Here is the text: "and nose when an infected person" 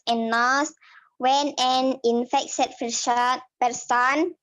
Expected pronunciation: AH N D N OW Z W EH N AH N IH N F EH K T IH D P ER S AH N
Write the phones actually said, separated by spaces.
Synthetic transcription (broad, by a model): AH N N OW S W EH N AH N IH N F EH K S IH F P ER S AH N